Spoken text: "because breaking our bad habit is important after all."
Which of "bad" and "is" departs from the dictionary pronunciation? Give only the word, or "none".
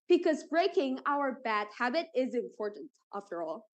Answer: none